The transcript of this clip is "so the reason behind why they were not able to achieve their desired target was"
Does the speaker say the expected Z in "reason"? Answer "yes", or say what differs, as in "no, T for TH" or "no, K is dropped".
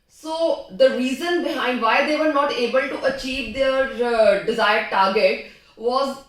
yes